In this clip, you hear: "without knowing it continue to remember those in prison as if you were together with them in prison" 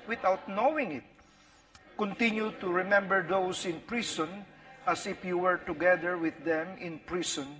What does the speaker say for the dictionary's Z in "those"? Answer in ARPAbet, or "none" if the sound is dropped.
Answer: S